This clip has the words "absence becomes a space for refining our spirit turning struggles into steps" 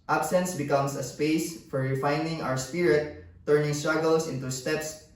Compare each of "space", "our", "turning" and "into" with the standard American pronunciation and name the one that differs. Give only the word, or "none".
none